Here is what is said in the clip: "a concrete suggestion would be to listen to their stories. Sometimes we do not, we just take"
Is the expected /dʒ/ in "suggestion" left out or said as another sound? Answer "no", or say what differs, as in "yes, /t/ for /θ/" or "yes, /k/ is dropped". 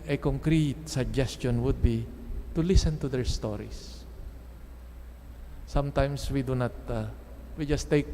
no